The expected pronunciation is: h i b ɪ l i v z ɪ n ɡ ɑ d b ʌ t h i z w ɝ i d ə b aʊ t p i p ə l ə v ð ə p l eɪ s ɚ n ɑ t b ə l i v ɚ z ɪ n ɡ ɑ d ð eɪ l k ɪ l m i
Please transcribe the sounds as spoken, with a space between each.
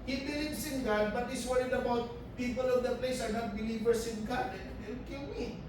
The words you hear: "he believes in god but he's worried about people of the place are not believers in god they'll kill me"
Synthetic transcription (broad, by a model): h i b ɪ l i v s ɪ n ɡ ɑ d b ʌ t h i s w ɝ i d ə b aʊ t p i p ə l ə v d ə p l eɪ s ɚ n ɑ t b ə l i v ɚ s ɪ n ɡ ɑ d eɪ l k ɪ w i